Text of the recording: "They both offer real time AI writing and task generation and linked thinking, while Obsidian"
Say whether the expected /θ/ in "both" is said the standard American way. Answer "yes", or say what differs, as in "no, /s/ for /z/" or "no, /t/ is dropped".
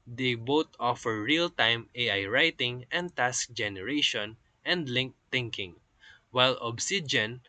no, /t/ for /θ/